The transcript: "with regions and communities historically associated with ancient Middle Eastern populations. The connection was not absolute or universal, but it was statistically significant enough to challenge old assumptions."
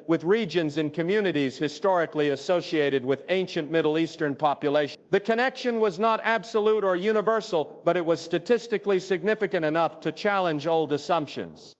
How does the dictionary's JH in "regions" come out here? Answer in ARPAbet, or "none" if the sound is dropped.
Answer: JH